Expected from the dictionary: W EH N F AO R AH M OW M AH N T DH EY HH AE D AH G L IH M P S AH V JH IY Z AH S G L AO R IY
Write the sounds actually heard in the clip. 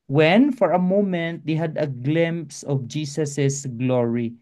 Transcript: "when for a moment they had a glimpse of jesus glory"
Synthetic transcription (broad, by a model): W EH N F AO R AH M OW M AH N T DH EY HH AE D AH G L IH M P S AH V JH IY S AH S G L AO R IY